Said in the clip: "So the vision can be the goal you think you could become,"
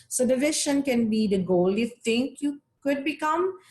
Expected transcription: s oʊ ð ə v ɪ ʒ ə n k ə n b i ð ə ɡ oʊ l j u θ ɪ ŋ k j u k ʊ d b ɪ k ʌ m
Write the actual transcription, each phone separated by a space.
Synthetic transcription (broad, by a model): s oʊ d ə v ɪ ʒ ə n k ə n b i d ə ɡ oʊ l j u t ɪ ŋ k j u k ʊ d b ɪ k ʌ m